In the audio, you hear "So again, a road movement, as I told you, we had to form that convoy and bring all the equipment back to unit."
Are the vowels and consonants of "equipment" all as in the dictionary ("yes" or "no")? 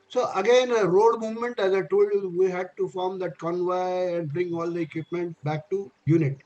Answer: yes